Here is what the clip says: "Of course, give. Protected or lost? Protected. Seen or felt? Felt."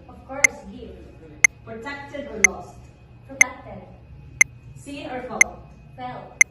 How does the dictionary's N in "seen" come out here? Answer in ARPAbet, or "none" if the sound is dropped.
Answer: none